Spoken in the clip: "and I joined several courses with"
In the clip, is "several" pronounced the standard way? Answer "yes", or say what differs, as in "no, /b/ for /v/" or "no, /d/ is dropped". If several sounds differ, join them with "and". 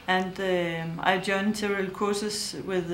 no, /v/ is dropped